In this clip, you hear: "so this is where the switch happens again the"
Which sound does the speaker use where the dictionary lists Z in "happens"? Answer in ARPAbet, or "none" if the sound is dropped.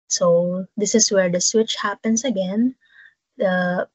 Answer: S